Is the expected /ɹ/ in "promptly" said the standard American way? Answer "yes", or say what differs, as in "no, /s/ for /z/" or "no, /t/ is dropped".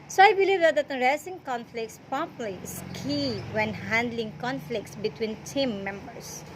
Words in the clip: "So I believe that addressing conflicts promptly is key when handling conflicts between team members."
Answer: no, /ɹ/ is dropped